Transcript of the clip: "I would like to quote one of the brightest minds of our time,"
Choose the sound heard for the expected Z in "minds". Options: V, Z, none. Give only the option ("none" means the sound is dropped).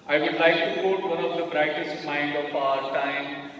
none